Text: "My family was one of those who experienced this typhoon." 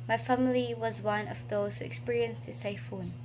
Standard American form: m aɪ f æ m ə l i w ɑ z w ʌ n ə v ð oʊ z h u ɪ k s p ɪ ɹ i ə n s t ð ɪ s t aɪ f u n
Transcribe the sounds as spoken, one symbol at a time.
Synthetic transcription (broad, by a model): m aɪ f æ m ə l i w ɑ z w ʌ n ə v ð oʊ z h u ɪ k s p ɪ ɹ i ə n s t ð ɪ s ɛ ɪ f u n